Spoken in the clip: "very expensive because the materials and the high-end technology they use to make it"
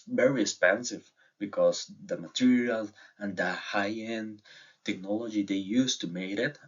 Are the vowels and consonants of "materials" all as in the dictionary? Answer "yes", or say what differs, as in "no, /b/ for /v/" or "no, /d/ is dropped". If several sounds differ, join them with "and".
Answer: no, /z/ is dropped